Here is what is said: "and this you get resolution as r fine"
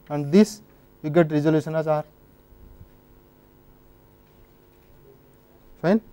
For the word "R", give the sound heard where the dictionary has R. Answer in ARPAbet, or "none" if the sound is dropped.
R